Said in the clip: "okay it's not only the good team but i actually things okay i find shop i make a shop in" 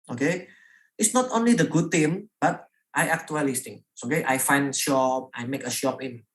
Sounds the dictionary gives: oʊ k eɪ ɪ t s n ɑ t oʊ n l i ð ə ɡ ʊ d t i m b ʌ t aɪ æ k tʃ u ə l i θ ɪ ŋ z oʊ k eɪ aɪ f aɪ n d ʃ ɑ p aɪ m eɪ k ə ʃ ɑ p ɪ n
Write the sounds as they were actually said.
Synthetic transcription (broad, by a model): oʊ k eɪ ɪ t s n ɑ t oʊ n l i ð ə ɡ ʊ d t i m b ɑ t aɪ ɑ k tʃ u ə l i t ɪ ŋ oʊ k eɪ aɪ f aɪ n d ʃ ɑ p aɪ m eɪ k ə ʃ ɑ p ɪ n